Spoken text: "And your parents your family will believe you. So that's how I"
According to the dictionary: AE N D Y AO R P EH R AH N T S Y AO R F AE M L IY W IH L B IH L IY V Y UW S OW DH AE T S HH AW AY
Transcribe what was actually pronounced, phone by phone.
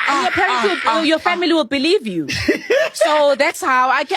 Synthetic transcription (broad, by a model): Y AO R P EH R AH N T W Y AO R F AE M L IY W IH L B IH L IY V Y UW S OW DH AE T S HH AW AY